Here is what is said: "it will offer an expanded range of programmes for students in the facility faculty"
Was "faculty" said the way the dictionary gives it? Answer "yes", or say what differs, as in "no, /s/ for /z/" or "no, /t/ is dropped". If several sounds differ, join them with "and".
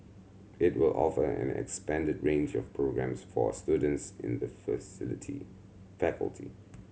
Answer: yes